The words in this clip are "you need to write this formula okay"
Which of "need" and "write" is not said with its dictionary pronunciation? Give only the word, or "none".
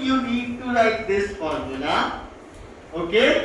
write